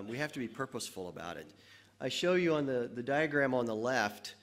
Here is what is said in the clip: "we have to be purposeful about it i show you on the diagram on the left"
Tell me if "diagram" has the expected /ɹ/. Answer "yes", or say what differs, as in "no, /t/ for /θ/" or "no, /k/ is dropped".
yes